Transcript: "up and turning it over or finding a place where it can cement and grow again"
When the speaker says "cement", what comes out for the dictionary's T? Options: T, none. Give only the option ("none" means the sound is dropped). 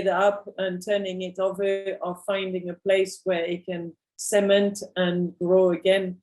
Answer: T